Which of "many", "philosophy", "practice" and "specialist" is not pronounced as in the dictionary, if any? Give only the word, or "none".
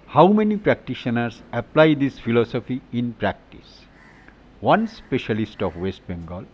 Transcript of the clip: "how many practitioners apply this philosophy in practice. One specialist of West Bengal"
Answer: none